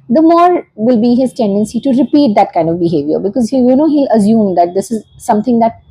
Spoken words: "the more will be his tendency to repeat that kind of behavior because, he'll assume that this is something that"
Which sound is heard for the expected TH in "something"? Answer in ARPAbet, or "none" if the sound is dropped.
T